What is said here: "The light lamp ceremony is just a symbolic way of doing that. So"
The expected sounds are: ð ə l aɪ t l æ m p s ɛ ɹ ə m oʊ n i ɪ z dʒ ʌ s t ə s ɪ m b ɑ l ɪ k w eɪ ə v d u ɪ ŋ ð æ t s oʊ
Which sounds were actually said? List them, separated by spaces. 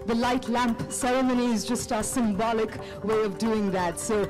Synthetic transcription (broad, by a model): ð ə l aɪ t l æ m p s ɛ ɹ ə m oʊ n i ɪ z dʒ ʌ s t ə s ɪ m b ɑ l ɪ k w eɪ ə v d u ɪ ŋ ð æ t s oʊ